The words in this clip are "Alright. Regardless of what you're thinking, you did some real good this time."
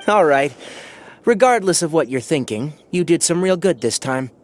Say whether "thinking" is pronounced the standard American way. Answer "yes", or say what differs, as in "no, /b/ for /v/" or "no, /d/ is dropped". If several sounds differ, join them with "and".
yes